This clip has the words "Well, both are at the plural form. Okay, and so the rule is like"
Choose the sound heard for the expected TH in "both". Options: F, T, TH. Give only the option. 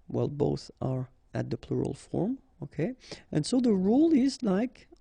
TH